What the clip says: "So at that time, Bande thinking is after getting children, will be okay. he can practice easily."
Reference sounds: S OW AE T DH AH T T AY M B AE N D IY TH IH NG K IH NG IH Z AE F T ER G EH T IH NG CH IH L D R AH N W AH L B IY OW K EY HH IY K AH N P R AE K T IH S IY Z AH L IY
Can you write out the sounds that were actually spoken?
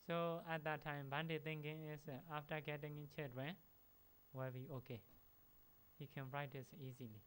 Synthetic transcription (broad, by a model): S OW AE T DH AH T T AY M B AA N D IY T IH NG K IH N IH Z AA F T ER G EH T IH NG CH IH D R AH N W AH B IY OW K EY HH IY K AH N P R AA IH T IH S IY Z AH L IY